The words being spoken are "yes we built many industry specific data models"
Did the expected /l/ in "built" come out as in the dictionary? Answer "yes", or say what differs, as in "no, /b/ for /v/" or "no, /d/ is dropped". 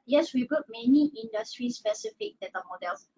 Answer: no, /l/ is dropped